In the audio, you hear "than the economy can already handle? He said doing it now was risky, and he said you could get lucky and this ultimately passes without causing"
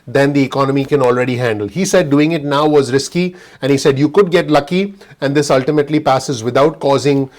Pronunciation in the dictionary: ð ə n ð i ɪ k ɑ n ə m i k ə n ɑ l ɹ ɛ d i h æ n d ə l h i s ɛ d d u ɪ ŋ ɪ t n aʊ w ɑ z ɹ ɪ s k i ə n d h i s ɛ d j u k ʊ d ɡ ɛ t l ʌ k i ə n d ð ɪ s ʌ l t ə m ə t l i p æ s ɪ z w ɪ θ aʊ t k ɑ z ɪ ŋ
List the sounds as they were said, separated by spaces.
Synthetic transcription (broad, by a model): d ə n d i ɪ k ɑ n ə m i k ə n ɑ l ɹ ɛ d i h æ n d ə l h i s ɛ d d u ɪ ŋ ɪ t n aʊ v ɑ z ɹ ɪ s k i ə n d h i s ɛ d j u k ʊ d ɡ ɛ t l ʌ k i ə n d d ɪ s ʌ l t ə m ə t l i p æ s ɪ z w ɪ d aʊ t k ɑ z ɪ ŋ